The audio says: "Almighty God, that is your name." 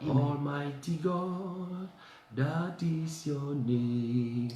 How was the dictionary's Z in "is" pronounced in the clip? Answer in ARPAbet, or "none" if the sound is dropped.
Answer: S